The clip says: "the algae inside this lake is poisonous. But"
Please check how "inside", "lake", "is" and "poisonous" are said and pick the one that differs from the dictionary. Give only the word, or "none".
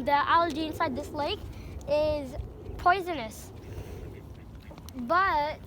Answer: none